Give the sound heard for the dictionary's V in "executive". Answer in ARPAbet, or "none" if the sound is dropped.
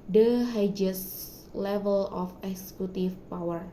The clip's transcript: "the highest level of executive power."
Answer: F